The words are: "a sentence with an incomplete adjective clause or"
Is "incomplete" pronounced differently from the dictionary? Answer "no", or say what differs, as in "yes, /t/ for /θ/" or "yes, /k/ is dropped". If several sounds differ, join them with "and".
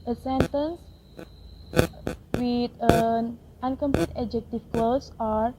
no